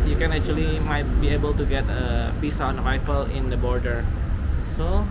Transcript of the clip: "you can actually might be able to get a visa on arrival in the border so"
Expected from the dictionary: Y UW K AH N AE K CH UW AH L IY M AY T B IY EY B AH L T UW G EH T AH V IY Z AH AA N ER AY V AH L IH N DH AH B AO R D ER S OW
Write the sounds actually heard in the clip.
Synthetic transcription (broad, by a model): Y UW K AH N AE K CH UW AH L IY M AY T B IY EY B AH L T UW G EH T AH F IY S AA N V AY F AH L IH N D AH B AO R D ER S OW